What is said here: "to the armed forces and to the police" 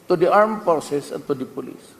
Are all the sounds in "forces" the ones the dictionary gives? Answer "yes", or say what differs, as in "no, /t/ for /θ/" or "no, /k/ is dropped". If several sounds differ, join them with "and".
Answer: no, /s/ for /z/